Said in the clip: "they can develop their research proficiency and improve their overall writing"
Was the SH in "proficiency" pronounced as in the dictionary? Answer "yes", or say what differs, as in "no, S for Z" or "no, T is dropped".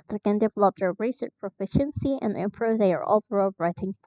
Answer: yes